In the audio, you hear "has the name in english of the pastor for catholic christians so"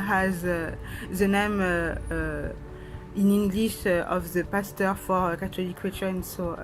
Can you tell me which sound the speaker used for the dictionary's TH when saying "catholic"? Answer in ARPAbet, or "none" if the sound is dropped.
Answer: T